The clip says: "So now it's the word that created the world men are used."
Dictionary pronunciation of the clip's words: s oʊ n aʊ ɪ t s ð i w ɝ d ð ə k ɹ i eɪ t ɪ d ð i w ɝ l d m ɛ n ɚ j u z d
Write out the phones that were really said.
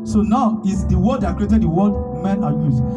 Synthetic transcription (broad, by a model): s oʊ n aʊ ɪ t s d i w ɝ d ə k ɹ i eɪ t ɪ d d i w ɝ d m ɛ n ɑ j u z